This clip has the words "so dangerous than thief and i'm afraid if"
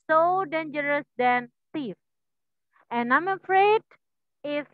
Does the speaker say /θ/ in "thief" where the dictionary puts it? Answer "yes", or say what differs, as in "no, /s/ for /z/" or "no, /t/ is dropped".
no, /t/ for /θ/